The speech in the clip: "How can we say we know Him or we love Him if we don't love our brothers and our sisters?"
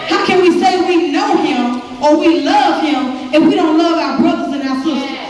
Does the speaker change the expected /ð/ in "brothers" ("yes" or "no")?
no